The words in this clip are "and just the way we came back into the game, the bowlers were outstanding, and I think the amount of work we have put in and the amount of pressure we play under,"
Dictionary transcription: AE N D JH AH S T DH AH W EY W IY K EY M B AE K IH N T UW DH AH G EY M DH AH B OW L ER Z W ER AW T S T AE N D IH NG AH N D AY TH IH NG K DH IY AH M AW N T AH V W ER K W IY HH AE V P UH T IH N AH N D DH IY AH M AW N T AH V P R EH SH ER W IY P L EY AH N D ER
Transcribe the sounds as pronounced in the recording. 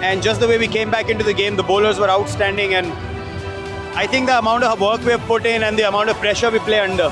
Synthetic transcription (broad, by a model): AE N D JH AH S T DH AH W EY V IY K EY M B AE K IH N T UW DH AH G EY M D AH B OW L ER Z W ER AW T S T AE N D IH NG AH N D AY T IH NG K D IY AH M AW N T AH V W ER K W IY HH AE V P UH T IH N AH N D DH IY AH M AW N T AH V P R EH SH ER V IY P L EY AH N D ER